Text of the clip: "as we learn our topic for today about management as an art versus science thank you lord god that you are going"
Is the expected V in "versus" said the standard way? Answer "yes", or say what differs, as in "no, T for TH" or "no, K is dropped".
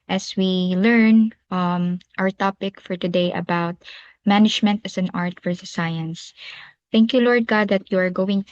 no, F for V